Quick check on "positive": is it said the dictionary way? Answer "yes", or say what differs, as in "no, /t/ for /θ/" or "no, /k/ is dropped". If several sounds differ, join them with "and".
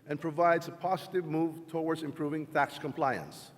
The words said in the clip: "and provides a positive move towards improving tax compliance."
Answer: yes